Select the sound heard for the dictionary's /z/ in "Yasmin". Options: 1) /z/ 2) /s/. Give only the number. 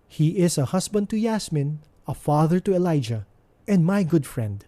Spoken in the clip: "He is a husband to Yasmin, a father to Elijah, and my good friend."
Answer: 2